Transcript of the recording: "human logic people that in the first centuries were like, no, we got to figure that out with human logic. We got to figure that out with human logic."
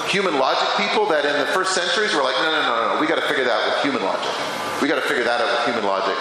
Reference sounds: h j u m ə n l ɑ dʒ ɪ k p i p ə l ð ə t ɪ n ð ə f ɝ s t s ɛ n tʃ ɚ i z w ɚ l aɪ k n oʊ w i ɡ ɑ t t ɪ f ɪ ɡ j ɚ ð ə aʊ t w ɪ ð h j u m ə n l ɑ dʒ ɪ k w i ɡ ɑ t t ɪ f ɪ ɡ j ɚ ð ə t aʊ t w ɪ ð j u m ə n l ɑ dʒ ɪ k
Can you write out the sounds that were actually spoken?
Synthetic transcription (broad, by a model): h j u m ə n l ɑ dʒ ɪ k p i p l ð ə t ɪ n ð ə f ɝ s t s ɛ n tʃ ɚ i z w ɚ l aɪ k n oʊ w i ɡ ɑ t t ɪ f ɪ ɡ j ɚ ð ə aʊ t w ɪ ð h j u m ə n l ɑ dʒ ɪ k w i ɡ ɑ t t ɪ f ɪ ɡ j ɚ ð ə t aʊ t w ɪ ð j u m ə n l ɑ dʒ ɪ k